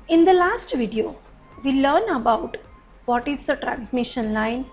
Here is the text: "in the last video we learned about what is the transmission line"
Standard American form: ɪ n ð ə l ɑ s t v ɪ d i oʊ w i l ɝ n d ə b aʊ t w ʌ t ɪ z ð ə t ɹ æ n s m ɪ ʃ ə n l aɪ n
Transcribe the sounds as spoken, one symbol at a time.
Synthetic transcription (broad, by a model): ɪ n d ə l ɑ s t v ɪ d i oʊ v i l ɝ n ə b aʊ t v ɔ t ɪ z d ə t ɹ æ n s m ɪ ʃ ə n l aɪ n